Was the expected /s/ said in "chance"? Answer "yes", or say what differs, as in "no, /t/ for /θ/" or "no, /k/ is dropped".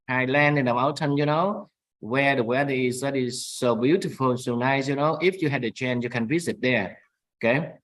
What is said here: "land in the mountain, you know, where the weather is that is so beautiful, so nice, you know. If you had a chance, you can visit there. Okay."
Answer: no, /s/ is dropped